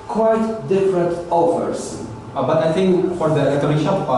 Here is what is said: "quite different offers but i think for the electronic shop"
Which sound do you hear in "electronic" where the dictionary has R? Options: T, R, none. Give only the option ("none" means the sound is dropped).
none